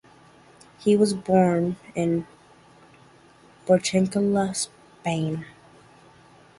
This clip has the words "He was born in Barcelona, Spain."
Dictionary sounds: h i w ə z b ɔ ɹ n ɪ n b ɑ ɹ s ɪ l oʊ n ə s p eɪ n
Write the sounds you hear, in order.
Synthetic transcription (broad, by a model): h i w ə z b ɔ ɹ n ɪ n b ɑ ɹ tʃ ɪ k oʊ l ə s p eɪ n